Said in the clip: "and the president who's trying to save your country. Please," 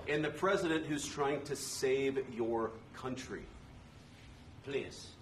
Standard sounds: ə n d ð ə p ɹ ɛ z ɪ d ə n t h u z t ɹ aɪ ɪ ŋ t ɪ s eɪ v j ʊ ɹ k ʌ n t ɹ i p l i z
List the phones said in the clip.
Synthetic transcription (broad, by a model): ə n ð ə p ɹ ɛ z ɪ d ə n t h u z t ɹ aɪ ɪ ŋ t ɪ s eɪ v j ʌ ɹ k ʌ n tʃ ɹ i p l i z